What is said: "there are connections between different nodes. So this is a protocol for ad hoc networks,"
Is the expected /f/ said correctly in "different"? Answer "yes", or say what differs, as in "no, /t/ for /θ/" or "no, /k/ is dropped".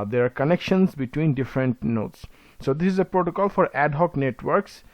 yes